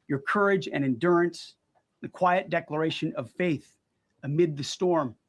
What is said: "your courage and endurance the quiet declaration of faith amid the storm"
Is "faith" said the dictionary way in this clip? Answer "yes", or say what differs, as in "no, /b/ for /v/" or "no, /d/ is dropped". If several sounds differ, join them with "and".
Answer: yes